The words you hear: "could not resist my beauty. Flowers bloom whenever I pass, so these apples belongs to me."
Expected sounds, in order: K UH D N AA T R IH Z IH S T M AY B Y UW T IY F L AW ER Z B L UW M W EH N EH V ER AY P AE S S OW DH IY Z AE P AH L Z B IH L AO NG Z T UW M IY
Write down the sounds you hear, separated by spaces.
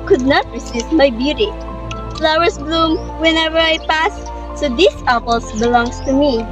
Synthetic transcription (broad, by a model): K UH D N AA T R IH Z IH S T M AY B Y UW T IY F L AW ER S B L UW M W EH N EH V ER AY P AE S S OW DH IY S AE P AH L S B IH L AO NG S T UW M IY